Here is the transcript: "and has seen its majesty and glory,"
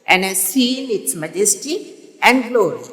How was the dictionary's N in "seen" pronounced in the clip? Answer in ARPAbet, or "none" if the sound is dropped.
L